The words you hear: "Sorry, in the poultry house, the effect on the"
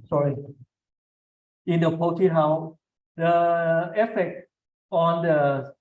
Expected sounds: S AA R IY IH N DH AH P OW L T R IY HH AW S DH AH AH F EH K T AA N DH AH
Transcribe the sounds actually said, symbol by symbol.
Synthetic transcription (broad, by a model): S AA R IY IH N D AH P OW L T IY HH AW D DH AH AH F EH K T AA N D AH